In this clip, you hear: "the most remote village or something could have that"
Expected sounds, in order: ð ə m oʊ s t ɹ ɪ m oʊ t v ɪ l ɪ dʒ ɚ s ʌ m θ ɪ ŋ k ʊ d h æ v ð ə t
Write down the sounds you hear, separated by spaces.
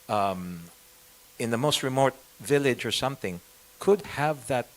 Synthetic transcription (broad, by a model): ð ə m oʊ s t ɹ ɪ m oʊ t v ɪ l ɪ dʒ ɚ s ʌ m θ ɪ ŋ k ʊ d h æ v ð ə t